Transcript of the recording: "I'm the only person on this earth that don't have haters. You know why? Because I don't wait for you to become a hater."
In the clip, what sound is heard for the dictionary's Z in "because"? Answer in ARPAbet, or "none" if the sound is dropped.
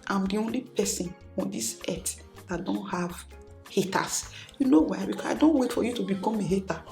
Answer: none